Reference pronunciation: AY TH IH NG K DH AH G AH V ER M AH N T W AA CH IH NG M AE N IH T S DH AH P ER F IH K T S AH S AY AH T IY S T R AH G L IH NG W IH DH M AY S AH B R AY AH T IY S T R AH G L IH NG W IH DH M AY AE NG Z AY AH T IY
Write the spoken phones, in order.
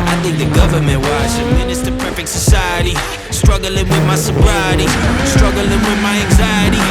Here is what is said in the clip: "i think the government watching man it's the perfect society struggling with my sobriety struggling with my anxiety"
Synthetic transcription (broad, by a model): AY TH IH NG K DH AH G AH V ER M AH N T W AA SH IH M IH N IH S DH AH P ER F IH K T S AH S AY AH T IY S T R AH G L IH NG W IH DH M AY S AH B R AY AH T IY S T R AH G L IH NG W IH DH M AY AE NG Z AY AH T IY